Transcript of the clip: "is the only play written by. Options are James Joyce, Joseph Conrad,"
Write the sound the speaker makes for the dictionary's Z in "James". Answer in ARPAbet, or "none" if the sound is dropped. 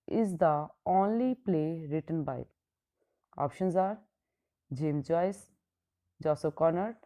none